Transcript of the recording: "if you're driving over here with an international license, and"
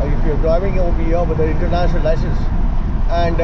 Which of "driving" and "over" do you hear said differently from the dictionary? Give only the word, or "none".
over